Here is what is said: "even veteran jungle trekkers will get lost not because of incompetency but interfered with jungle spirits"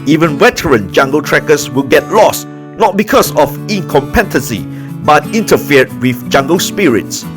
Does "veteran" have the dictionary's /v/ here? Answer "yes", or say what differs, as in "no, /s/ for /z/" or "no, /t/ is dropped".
no, /w/ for /v/